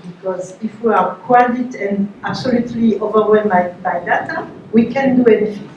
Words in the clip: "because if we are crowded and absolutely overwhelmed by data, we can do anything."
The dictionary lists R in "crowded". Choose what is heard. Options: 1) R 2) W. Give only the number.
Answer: 2